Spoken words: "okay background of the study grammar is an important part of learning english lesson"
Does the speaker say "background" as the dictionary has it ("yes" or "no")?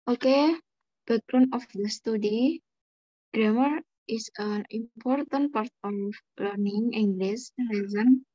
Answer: no